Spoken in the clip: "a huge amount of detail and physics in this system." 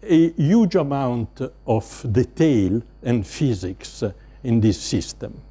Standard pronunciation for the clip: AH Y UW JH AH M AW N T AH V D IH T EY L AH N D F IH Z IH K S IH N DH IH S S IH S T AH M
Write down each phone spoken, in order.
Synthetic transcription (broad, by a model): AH Y UW JH AH M AW N T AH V D IH T EY L AH N D F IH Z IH K S IH N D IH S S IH S T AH M